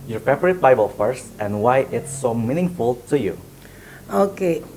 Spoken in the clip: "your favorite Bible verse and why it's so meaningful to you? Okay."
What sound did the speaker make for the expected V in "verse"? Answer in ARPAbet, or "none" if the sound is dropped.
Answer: F